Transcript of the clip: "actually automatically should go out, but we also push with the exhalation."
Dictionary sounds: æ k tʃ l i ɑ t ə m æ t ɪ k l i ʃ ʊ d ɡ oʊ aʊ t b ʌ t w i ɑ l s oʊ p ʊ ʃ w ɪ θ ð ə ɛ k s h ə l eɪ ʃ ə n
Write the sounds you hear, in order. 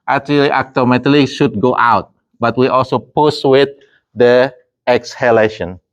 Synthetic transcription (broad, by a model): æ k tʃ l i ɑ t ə m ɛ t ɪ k l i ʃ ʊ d ɡ oʊ aʊ t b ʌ t w i ɑ l s oʊ p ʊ s w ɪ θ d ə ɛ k s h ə l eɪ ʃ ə n